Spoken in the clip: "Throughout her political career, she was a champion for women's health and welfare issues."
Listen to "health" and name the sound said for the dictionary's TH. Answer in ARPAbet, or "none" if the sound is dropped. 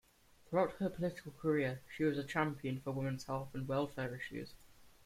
F